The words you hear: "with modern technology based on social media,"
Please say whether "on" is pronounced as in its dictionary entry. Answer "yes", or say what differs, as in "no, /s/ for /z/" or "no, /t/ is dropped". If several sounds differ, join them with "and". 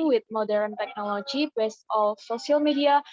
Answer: no, /l/ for /n/